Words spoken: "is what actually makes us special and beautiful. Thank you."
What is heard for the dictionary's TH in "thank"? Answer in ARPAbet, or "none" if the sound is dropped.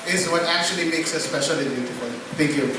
T